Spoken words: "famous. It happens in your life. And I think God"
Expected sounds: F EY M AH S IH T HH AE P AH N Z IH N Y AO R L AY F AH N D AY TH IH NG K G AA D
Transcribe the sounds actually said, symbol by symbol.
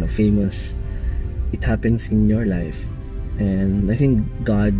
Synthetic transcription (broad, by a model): F EY M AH S IH T HH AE P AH N S IH N Y AO R L AY F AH N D AY TH IH NG K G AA D